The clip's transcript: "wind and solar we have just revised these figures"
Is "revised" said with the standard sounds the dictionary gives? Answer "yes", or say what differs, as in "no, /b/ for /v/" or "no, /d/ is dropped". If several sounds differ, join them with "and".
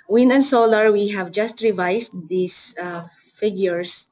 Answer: no, /s/ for /z/